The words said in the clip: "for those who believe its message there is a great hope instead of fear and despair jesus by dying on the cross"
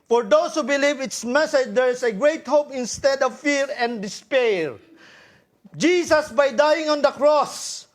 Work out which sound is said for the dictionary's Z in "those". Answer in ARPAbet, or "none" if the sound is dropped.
S